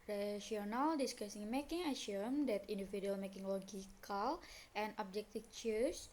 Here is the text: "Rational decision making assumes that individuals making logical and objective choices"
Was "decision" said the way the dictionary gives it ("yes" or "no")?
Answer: no